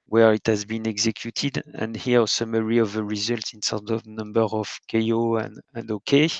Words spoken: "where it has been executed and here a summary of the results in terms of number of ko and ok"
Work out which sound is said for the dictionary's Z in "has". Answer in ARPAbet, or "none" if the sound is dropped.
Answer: Z